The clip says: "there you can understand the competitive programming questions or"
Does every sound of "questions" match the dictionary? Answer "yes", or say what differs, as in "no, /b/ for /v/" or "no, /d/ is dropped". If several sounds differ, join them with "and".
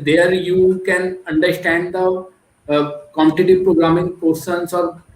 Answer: no, /tʃ/ is dropped and /s/ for /z/